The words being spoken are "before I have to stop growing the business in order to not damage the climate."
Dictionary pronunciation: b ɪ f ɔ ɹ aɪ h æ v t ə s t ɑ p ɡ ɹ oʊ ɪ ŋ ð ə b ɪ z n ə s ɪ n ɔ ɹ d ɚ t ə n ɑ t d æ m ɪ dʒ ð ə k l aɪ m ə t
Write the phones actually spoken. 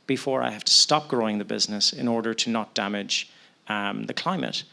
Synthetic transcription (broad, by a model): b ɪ f ɔ ɹ aɪ h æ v t ə s t ɑ p ɡ ɹ oʊ ɪ ŋ ð ə b ɪ z n ə s ɪ n ɔ ɹ d ɚ t ə n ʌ t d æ m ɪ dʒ ð ə k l aɪ m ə t